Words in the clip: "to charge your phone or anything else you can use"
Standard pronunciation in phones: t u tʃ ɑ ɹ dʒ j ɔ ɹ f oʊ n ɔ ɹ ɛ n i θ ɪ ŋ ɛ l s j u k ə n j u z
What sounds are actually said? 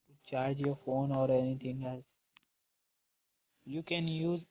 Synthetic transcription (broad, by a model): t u tʃ ɑ ɹ dʒ j ɔ ɹ f oʊ n ɔ ɹ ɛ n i t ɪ ŋ ɛ l s j u k ə n j u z